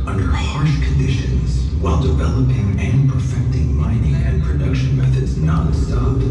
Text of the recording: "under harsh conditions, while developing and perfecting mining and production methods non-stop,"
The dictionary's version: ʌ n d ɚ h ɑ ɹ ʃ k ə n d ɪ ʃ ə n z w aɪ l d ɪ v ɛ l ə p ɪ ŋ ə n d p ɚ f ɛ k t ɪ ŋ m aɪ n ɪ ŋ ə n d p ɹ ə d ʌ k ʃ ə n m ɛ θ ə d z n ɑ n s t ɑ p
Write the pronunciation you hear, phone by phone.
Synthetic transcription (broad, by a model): ʌ n d ɚ h ɑ ɹ ʃ k ə n d ɪ ʃ ə n z w aɪ l d ɪ v ɛ l ə p ɪ ŋ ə n p ɚ f ɛ k t ɪ ŋ m aɪ n ɪ ŋ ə n p ɹ ə d ʌ k ʃ ə n m ɛ θ ə d z n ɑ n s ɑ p